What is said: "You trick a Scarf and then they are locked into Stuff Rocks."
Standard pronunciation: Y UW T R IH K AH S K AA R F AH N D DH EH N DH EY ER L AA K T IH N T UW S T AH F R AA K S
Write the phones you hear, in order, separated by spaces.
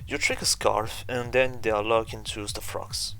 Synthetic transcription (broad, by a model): Y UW T R IH K AH S K AA R F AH N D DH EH N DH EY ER L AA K IH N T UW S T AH F R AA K S